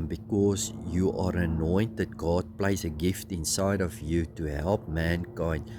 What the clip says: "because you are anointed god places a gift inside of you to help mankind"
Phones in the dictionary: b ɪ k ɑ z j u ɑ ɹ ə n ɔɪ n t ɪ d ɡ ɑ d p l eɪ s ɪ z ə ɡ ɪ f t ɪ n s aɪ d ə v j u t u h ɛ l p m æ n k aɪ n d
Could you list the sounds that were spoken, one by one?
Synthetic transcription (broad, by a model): b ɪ k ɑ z j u ɑ ɹ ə n ɔɪ n t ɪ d ɡ ɑ d p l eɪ ɪ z ə ɡ ɪ f t ɪ n s aɪ d ə v j u t u h ɛ l p m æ n k aɪ n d